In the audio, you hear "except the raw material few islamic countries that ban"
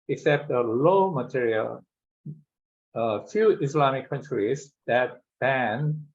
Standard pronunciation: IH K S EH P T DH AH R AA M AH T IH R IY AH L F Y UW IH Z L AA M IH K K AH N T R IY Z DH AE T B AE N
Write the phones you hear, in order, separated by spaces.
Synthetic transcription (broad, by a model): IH K S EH P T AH L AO M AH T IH R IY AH L F Y UW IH S L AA M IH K K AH N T R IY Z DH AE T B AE N